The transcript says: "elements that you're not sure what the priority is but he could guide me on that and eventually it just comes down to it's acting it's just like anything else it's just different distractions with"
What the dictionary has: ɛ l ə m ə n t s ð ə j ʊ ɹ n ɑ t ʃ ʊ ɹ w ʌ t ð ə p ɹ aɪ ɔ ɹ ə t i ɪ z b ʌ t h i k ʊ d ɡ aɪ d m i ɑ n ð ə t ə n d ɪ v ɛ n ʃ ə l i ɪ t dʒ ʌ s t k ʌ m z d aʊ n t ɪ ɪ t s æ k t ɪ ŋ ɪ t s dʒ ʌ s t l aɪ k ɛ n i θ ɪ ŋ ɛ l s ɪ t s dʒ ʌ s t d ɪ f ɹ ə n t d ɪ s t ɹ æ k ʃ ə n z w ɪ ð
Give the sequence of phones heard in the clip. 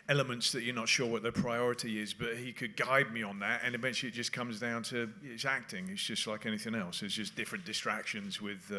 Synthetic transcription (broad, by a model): ɛ l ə m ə n t s ð ə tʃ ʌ ɹ n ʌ t ʃ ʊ ɹ w ʌ t ð ə p ɹ aɪ ɔ ɹ ə t i ɪ z b ʌ t h i k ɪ d ɡ aɪ d m i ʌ n ð ə t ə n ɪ v ɛ n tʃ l i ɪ t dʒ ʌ s k ʌ m z d aʊ n t ɪ ɪ t s æ k t ɪ ŋ ɪ t s dʒ ʌ s t l aɪ k ɛ n i θ ɪ ŋ ɛ l s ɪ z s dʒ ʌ s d ɪ f ɹ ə n d ɪ s t ɹ æ k ʃ ə n z w ɪ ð